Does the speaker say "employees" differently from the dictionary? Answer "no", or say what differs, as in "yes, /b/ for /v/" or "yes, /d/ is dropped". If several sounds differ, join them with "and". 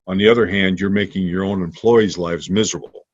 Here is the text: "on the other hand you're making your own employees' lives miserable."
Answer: no